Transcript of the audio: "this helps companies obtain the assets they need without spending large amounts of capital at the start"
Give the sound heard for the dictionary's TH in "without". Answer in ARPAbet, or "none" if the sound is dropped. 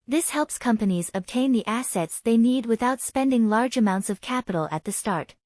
TH